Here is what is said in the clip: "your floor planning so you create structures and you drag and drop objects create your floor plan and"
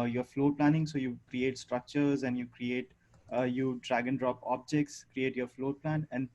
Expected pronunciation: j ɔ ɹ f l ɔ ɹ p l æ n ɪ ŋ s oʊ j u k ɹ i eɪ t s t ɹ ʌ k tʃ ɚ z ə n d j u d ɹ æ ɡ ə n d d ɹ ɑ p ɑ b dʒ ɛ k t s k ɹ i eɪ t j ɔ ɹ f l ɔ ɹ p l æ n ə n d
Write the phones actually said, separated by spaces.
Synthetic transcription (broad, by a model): j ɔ ɹ f l ɔ ɹ p l æ n ɪ ŋ s oʊ j u k ɹ i eɪ t s t ɹ ʌ k tʃ ɚ z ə n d j u d ɹ æ ɡ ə n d d ɹ ɑ p ɑ b dʒ ɛ k t s k ɹ i eɪ t j ɔ ɹ f l ɔ ɹ p l æ n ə n d